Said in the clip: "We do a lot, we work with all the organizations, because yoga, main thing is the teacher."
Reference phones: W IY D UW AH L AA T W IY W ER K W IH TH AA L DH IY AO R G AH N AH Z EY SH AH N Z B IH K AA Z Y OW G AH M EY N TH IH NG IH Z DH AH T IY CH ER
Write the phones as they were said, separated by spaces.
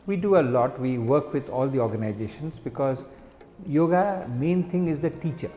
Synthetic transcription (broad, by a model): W IY D UW AH L AA T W IY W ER K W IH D AA L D IY AO R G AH N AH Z EY SH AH N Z B IH K AA Z Y OW G AH M EY N T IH NG IH Z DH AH T IY CH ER